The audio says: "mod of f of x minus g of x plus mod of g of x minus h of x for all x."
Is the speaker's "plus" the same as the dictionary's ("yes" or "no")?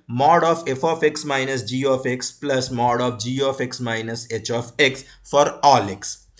yes